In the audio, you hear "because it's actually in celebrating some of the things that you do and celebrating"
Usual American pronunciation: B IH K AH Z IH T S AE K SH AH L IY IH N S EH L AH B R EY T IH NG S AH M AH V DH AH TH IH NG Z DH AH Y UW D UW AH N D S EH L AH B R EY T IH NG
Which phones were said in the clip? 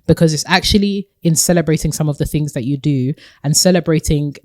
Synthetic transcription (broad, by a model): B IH K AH Z IH T S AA K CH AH L IY IH N S EH L AH B R EY T IH NG S AH M AH V DH AH TH IH NG Z DH AH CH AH D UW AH N S EH L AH B R EY T IH NG